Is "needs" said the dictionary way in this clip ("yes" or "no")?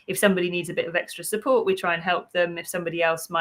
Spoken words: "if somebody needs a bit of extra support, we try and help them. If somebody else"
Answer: yes